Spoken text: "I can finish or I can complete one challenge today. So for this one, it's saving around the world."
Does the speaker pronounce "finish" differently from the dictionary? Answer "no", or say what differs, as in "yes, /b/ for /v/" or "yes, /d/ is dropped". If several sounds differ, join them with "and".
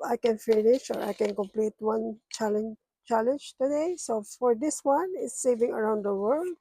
no